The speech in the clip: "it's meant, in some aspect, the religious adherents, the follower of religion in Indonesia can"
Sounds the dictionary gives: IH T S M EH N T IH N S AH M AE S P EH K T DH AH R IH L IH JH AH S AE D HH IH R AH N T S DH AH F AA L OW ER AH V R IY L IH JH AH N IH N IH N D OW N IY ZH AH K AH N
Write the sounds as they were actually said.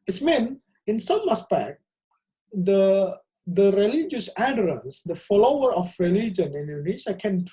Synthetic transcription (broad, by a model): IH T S M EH N IH N S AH M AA S P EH K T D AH R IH L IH JH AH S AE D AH R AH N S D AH F AA L OW ER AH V R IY L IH JH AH N IH N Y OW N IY S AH K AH N